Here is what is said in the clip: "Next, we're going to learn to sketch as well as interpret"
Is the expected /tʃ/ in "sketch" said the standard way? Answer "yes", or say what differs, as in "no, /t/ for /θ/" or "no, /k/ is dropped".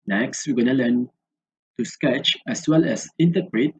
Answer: yes